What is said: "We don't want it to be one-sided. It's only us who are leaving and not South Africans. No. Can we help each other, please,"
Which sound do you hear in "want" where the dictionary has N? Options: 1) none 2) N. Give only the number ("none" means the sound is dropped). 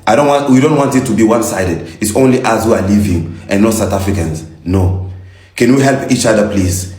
2